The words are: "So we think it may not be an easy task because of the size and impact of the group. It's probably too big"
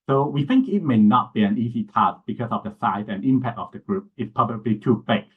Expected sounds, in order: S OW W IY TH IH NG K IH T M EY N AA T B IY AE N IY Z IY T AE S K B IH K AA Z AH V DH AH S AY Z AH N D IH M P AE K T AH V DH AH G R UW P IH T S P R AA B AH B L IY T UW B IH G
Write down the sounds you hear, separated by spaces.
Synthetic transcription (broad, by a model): S OW W IY TH IH NG K IH T M EY N AA T B IY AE N IY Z IY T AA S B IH K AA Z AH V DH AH S AY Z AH N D IH M P AE K T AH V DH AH G R UW P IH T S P AA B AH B L IY T UW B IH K